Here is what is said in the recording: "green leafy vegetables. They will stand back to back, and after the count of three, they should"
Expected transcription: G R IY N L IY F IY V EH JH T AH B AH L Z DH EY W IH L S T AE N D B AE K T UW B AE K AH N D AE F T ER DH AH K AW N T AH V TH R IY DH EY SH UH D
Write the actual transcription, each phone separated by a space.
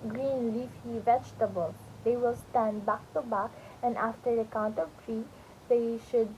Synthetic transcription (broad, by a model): G R IY N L IY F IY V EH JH T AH B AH L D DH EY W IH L S T AE N D B AE K T UW B AE K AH N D AE F T ER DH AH K AW N T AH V T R IY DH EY SH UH D